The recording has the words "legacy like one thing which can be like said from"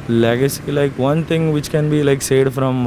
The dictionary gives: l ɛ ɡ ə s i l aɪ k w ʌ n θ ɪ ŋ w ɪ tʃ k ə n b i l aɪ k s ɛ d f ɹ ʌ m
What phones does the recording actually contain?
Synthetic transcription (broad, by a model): l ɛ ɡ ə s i l aɪ k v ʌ n t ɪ ŋ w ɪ tʃ k ə n b i l aɪ k s ɛ d f ɹ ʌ m